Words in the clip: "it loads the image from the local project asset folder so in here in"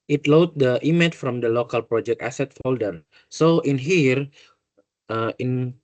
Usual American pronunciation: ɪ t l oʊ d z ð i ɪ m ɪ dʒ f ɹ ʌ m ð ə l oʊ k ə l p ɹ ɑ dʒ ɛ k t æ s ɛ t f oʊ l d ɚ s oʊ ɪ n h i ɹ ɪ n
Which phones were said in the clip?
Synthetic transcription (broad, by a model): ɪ t l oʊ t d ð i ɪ m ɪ tʃ f ɹ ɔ m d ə l oʊ k ə l p ɹ ɑ dʒ ɛ k t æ s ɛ t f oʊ l d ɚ s oʊ ɪ n h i ɹ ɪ n